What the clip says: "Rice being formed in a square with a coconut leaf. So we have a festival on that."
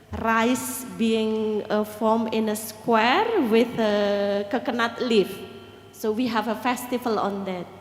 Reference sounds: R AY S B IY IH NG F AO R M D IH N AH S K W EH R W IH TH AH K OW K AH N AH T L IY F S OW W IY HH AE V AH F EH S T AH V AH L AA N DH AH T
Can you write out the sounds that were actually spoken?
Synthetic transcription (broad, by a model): R AY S B IY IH NG F AO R M IH N AH S K W EH R W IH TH AH K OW K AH N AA T L IY F S OW W IY HH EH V AH F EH S T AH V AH L AA N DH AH T